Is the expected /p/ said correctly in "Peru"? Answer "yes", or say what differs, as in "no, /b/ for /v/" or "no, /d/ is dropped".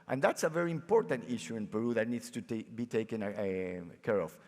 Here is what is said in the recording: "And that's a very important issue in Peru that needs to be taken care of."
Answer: yes